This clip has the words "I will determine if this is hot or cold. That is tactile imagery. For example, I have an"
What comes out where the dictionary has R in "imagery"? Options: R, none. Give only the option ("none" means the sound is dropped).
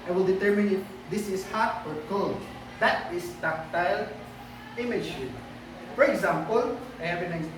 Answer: none